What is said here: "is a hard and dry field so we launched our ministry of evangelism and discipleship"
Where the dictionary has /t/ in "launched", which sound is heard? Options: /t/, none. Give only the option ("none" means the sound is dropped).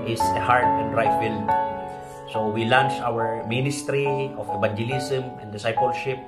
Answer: none